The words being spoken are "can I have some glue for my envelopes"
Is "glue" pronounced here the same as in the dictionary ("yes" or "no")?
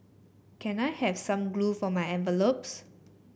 yes